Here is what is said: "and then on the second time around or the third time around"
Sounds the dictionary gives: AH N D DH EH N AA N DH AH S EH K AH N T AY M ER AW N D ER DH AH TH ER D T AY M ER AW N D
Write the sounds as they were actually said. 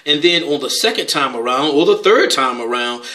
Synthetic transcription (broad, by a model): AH N DH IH N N DH AH S EH K AH N T AY M ER AW N D ER DH AH TH ER D T AY M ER AW N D